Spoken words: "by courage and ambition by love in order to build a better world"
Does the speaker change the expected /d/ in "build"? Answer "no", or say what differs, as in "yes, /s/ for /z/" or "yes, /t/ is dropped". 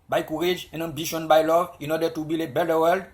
yes, /d/ is dropped